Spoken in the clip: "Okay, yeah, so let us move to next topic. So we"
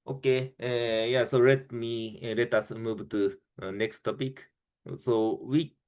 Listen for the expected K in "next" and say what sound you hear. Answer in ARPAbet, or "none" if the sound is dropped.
K